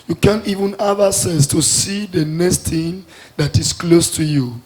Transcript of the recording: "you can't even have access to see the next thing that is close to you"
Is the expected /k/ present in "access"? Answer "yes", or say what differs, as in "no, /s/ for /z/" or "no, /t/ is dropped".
no, /k/ is dropped